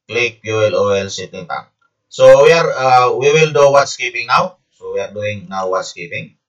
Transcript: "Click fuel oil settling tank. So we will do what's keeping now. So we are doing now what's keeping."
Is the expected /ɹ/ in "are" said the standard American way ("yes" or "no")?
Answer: yes